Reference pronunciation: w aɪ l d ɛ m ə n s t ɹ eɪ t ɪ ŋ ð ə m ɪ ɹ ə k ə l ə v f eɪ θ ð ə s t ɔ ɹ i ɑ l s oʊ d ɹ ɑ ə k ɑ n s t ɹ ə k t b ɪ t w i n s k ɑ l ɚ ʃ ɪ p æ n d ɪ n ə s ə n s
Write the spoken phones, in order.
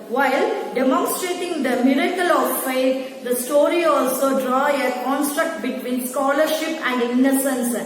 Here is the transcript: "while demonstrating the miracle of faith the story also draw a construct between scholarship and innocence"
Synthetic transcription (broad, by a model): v aɪ l d ɛ m ə n s t ɹ eɪ t ɪ ŋ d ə m ɪ ɹ ə k ə l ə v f eɪ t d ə s t ɔ ɹ i ɑ l s oʊ d ɹ ɑ ə k ɑ n s t ɹ ə k t b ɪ t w i n s k ɑ l ɚ ʃ ɪ p æ n d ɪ n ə s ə n s